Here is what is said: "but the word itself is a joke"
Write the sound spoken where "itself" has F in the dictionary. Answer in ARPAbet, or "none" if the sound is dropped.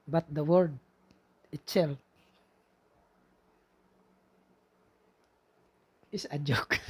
none